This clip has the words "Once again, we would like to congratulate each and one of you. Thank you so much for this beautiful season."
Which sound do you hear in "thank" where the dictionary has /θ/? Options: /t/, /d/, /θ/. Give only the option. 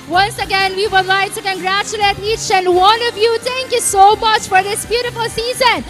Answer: /t/